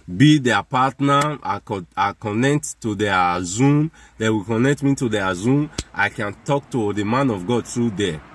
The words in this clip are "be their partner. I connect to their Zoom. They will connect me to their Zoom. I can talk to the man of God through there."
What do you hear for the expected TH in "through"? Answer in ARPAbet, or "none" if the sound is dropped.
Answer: T